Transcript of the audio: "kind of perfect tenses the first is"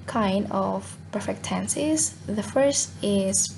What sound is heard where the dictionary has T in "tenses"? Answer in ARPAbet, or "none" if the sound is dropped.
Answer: T